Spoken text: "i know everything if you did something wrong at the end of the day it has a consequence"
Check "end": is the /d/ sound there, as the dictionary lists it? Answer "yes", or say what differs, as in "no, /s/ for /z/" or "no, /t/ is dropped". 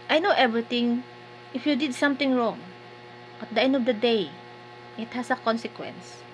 yes